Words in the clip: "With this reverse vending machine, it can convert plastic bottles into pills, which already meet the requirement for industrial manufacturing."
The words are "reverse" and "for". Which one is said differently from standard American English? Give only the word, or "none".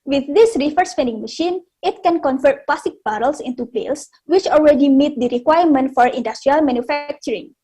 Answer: reverse